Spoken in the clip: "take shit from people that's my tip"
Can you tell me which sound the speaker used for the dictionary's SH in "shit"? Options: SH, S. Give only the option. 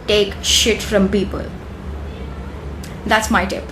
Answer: SH